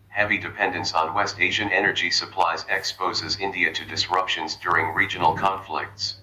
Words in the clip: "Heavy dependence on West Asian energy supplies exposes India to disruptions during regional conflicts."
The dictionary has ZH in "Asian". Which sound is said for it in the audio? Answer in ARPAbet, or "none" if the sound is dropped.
ZH